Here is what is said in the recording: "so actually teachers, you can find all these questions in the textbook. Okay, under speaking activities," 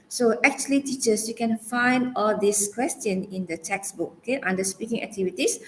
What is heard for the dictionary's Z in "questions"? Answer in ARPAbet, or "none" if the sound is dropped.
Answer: none